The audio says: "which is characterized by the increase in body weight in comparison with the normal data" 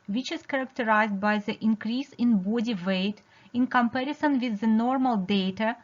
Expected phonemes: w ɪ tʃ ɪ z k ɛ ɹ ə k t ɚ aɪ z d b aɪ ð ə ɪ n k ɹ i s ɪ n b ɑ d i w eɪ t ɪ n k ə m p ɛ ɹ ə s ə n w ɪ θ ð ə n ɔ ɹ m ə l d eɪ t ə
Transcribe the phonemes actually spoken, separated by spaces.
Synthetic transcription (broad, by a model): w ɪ tʃ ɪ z k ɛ ɹ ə k t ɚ aɪ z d b aɪ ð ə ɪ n k ɹ i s ɪ n b ɑ d i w eɪ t ɪ n k ə m p ɛ ɹ ə s ə n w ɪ ð ə n ɔ ɹ m ə l d eɪ t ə